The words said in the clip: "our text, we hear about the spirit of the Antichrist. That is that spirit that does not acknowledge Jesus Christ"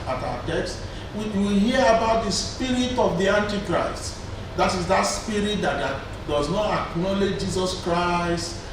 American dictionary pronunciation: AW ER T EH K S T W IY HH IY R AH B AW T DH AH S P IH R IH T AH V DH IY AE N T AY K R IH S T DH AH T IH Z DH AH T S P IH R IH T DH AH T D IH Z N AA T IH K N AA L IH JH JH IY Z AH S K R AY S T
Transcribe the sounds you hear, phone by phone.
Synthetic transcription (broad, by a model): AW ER T EH K S T W IY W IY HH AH B AW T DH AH S P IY R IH T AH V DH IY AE N T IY K R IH S T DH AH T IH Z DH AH T S P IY R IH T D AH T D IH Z N AA T IH K N AA L IH JH JH IY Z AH S K R AY S T